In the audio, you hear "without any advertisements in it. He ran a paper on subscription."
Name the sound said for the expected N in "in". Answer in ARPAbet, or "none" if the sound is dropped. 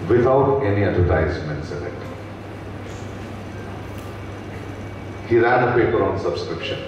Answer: L